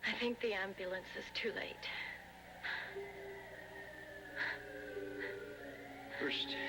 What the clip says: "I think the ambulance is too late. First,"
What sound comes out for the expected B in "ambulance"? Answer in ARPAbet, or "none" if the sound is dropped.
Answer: B